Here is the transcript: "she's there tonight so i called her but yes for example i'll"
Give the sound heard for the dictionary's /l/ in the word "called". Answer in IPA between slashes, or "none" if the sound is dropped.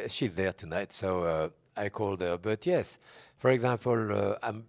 /l/